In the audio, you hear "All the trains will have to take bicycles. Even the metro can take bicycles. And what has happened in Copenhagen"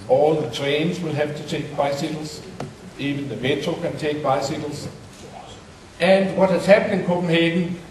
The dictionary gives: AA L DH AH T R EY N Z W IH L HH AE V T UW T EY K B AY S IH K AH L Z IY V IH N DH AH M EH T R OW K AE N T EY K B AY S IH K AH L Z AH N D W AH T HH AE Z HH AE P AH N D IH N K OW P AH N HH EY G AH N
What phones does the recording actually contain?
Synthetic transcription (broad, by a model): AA L DH AH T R EY N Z W IH L HH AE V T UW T EY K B AY S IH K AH L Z IY V IH N DH AH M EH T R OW K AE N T EY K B AY S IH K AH L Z AH N D W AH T HH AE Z HH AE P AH N IH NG K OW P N HH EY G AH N